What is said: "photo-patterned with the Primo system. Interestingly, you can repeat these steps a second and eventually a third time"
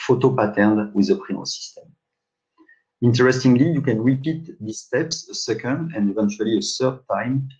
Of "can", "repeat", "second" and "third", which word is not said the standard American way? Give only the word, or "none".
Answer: third